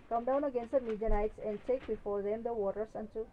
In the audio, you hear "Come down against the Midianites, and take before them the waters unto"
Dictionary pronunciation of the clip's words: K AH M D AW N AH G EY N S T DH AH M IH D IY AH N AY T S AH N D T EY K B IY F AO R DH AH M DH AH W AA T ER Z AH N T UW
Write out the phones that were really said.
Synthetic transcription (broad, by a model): K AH M D AW N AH G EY N S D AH M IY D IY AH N AY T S AH N D T EY K B IY F AO R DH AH M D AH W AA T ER S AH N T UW